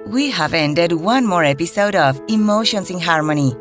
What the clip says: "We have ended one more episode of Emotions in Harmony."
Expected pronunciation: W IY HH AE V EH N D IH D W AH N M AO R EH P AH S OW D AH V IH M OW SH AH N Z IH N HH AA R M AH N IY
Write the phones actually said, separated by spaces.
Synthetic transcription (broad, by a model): W IY HH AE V EH N D IH D W AH N M AO R EH P AH S OW D AH V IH M OW SH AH N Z IH N HH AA R M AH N IY